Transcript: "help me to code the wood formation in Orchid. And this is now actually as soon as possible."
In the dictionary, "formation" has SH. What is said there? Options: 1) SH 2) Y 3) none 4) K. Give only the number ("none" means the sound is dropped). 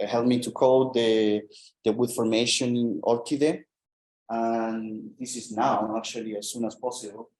3